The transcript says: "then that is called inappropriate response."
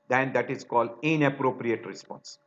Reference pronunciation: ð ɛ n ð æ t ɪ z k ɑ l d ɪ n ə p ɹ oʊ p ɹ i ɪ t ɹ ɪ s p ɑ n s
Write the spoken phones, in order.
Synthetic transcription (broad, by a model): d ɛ n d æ t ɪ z k ɑ l d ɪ n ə p ɹ oʊ p ɹ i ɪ t ɹ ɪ s p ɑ n s